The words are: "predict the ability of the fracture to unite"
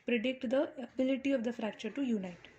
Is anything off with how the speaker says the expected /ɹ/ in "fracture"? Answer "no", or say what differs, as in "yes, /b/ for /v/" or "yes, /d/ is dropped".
no